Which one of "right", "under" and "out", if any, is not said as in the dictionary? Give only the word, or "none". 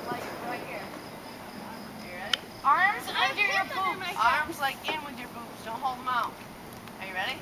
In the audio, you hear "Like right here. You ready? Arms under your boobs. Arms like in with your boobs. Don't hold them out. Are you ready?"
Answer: under